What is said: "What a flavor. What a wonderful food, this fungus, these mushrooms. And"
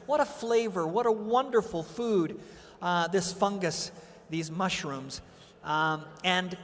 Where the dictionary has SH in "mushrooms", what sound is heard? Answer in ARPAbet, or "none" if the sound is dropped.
SH